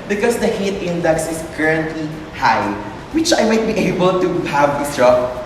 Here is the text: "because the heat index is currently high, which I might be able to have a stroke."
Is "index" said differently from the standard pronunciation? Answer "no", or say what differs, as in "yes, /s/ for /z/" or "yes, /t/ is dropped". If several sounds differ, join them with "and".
no